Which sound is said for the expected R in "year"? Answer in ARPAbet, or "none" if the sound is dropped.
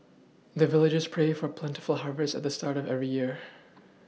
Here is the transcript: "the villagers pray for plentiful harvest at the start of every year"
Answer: R